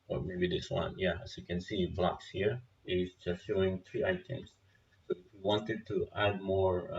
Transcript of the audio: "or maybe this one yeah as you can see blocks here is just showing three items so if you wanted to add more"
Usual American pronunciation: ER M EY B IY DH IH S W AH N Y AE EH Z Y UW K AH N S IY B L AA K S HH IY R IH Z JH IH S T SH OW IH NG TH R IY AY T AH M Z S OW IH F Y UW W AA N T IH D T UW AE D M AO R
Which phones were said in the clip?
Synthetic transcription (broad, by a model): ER M EY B IY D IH S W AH N Y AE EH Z Y UW K AH N S IY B L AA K S HH IY R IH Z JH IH S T SH OW IH NG T R IY AY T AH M S OW IH F Y UW W AA N T IH D T UW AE D M AO R